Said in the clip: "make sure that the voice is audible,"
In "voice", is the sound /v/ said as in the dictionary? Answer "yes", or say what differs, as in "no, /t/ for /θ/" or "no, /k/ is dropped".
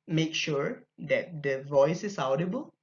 yes